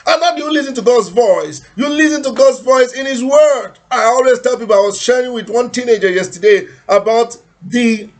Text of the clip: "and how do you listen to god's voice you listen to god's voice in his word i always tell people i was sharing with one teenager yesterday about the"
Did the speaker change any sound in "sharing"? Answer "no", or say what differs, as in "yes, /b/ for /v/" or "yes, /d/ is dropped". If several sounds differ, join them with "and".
no